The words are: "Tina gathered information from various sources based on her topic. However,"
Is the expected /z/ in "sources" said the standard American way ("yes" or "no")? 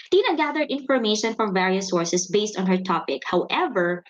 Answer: no